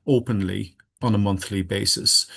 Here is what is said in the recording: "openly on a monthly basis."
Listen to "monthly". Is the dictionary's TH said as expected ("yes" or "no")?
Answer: yes